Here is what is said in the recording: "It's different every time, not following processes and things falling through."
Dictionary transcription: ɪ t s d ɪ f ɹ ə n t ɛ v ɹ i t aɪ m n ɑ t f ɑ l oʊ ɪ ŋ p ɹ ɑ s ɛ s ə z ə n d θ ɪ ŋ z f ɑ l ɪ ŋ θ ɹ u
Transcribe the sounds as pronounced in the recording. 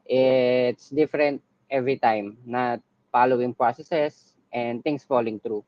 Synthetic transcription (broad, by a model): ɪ t s d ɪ f ɹ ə n t ɛ v ɹ i t aɪ m n ɑ t f ɑ l oʊ ɪ ŋ p ɹ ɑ s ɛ s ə s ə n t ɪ ŋ s f ɑ l ɪ ŋ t ɹ u